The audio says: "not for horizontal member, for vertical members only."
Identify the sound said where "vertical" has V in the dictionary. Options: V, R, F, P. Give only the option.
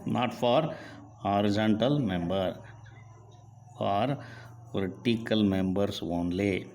P